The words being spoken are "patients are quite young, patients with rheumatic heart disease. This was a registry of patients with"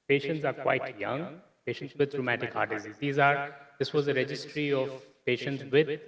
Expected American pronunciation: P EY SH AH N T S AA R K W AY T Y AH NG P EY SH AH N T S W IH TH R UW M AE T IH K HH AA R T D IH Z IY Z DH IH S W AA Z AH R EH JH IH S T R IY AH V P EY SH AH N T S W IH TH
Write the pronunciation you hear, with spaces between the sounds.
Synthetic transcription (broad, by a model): P EY SH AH N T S AA R K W AY T Y AH NG P EY SH AH N T S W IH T R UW M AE T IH K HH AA R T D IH Z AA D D IH S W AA Z AH R EH JH IH S T R IY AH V P EY SH AH N T S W IH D